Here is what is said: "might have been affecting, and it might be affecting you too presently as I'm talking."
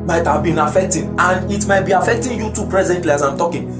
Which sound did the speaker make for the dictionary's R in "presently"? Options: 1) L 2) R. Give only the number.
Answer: 2